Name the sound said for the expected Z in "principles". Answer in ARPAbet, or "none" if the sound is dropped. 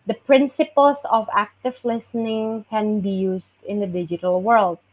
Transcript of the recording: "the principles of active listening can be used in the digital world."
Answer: S